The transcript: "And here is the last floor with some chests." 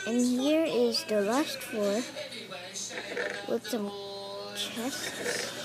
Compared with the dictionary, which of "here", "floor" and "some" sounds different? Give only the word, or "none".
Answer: floor